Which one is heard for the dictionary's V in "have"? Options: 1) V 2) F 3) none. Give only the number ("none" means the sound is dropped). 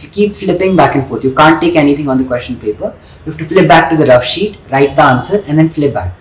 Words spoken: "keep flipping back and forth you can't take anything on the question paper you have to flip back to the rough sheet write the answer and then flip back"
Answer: 2